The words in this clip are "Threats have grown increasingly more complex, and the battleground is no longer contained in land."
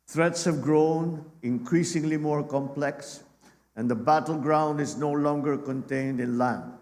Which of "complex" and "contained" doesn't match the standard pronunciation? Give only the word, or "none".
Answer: none